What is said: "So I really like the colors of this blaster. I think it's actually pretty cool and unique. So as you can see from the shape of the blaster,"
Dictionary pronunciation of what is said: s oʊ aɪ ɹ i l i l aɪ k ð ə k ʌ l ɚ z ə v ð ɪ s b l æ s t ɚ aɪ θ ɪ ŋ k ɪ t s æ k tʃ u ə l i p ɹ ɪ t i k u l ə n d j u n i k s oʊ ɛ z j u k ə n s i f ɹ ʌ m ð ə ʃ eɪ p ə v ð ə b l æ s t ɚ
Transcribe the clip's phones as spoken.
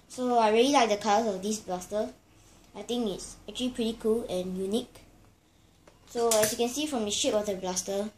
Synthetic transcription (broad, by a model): s oʊ aɪ ɹ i l i l aɪ k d ə k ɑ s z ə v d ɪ s b l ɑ s t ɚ aɪ t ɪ ŋ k ɪ t s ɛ k tʃ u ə l i p ɹ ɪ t i k u l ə n j u n i k s oʊ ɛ s j u k ə n s i f ɹ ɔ m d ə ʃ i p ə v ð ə b l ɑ s t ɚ